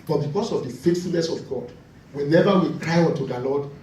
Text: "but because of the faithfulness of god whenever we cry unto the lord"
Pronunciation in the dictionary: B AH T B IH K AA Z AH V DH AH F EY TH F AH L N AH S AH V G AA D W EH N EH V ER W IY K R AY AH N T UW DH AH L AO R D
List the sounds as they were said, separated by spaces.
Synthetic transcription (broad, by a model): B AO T B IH K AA S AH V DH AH F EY T F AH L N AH S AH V G AA D W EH N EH V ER W IY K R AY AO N T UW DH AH L AO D